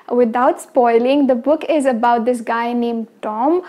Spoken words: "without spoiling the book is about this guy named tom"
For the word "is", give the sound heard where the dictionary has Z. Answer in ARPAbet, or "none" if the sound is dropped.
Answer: Z